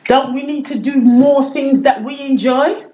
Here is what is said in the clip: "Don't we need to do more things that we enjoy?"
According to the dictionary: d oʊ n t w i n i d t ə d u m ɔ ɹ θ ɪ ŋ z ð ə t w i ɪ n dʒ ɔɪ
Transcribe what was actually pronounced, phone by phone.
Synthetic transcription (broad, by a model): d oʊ n t w i n i d t ə d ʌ m ɔ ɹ θ ɪ ŋ z ð ə t w i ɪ n dʒ ɔɪ